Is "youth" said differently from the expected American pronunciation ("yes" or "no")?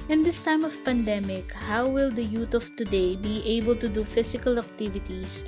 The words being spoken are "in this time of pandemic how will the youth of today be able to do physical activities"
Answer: yes